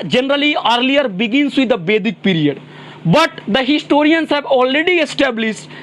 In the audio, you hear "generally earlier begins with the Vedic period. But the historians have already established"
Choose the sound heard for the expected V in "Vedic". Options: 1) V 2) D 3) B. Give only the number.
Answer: 3